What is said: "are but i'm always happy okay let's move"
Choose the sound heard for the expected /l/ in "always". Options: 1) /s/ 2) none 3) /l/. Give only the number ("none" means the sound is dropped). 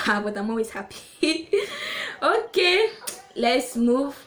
2